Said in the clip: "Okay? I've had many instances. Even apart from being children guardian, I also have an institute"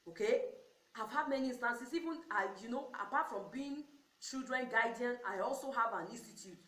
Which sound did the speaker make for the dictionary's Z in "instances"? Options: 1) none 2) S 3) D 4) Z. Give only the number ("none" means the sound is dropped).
2